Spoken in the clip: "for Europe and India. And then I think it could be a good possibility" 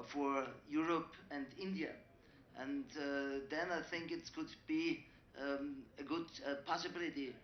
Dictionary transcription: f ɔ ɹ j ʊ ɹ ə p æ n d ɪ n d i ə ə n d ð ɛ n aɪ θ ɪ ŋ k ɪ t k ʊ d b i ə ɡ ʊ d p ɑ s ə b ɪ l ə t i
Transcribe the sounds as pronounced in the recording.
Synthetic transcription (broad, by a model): f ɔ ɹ j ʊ ɹ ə p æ n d ɪ n d i ə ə n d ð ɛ n aɪ θ ɪ ŋ k ɪ t k ʊ d b i ə ɡ ʊ d p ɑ s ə b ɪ l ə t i